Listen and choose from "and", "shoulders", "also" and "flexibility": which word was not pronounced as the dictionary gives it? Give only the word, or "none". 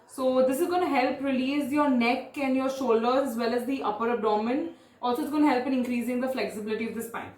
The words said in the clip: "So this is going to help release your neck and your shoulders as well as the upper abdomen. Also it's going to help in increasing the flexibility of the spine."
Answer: shoulders